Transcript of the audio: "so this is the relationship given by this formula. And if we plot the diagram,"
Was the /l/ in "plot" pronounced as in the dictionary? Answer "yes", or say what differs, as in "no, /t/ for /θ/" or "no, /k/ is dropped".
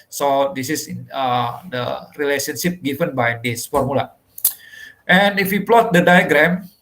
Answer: yes